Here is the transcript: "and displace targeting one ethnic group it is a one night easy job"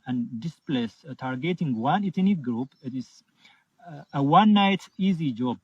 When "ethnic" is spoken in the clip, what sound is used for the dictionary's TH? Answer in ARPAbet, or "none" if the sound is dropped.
T